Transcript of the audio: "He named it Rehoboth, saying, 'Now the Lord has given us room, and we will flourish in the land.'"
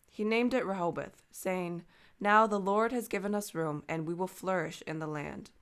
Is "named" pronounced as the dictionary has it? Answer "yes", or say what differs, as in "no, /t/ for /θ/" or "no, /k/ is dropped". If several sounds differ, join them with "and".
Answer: yes